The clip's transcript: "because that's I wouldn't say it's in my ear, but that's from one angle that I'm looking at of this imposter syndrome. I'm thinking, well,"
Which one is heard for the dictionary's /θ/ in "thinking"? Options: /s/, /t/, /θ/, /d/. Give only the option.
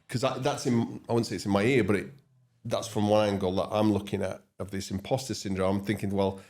/θ/